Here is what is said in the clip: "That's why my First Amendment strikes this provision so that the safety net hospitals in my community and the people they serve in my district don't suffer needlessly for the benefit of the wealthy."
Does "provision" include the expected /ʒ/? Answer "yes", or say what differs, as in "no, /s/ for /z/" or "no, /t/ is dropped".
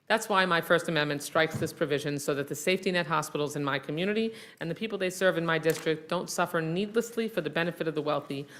yes